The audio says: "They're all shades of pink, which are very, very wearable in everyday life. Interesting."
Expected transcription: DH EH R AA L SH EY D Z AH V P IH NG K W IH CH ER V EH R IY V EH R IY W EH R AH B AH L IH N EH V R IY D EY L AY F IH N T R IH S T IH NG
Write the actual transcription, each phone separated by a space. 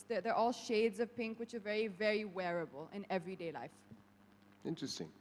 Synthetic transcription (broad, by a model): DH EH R AA L SH EY D Z AH V P IH NG K W IH CH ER V EH R IY V EH R IY W EH R AH B AH L IH N EH V R IY D EY L AY F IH N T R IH S T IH NG